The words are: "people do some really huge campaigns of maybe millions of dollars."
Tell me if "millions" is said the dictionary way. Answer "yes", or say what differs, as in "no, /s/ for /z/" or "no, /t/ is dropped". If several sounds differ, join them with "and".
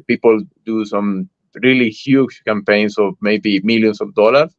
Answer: no, /s/ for /z/